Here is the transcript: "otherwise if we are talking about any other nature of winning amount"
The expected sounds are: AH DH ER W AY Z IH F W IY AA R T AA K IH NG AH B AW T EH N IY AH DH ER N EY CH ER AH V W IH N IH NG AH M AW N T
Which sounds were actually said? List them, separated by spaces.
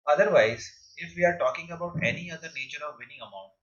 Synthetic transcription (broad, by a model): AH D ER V AY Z IH F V IY AA R T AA K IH NG AH B AW T EH N IY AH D ER N EY CH ER AH V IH N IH NG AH M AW N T